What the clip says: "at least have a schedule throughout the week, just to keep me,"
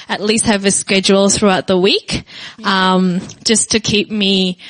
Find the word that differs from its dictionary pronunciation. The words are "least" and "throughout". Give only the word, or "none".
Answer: none